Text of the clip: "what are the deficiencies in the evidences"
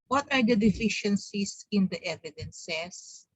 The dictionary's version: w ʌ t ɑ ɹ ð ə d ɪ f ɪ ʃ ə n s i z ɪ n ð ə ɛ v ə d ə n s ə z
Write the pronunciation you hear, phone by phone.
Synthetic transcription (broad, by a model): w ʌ t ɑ ɹ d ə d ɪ f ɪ ʃ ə n s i s ɪ n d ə ɛ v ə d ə n s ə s